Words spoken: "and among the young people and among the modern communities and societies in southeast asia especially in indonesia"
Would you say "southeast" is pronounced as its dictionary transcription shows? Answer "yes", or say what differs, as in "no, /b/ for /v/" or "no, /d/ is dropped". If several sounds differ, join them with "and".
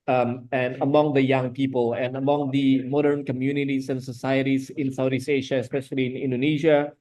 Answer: no, /t/ is dropped